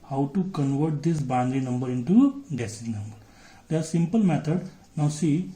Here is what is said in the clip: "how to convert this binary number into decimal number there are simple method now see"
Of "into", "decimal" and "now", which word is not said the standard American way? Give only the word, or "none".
decimal